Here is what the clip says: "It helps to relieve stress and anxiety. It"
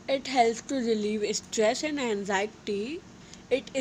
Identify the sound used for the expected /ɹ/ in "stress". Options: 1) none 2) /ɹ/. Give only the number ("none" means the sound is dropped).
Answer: 2